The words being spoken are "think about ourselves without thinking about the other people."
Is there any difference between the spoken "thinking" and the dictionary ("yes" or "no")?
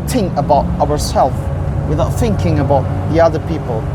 no